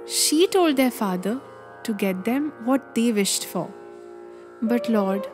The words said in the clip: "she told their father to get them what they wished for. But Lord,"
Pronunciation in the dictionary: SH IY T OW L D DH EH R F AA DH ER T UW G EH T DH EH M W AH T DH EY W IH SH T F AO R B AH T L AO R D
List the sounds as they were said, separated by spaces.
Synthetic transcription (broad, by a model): SH IY T OW L D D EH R F AA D ER T UW G EH T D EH M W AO T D EY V IH SH T F AO R B AH T L AO R D